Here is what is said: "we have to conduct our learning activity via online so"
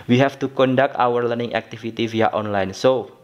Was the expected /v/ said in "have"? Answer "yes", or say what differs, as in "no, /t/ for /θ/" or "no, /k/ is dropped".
no, /f/ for /v/